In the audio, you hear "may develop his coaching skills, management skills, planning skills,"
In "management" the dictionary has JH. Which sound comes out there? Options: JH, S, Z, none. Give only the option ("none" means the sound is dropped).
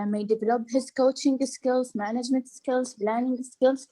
JH